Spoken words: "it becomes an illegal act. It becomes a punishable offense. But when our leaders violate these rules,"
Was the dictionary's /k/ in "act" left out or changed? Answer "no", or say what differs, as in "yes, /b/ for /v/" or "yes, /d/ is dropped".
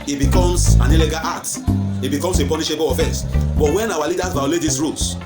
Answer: yes, /k/ is dropped